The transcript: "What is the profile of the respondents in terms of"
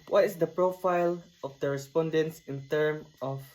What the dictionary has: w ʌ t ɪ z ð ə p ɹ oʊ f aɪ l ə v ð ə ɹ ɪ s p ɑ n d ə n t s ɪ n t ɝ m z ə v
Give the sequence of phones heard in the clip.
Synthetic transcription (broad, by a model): w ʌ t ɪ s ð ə p ɹ oʊ f aɪ l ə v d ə ɹ ɪ s p ɑ n d ə n t s ɪ n t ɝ m ə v